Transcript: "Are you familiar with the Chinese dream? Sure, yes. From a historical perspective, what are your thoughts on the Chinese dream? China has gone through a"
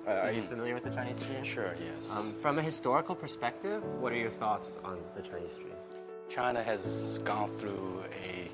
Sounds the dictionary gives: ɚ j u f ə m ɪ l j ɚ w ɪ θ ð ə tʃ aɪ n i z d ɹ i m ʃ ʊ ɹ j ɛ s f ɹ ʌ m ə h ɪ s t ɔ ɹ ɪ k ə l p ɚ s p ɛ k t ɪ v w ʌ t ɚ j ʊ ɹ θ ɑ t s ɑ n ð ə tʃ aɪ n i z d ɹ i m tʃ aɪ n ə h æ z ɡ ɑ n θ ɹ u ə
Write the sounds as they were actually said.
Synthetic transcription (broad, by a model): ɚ j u f ə m ɪ l j ɚ w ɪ ð ə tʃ aɪ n i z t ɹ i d ʃ ʊ ɹ j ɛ s f ɹ ʌ m ə h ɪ s t ɔ ɹ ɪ k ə l p ɚ s p ɛ k t ɪ v w ʌ t ɚ j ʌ ɹ θ ɑ t s n ð ə tʃ aɪ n i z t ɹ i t tʃ aɪ n ə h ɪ z ɡ ɑ n θ ɹ u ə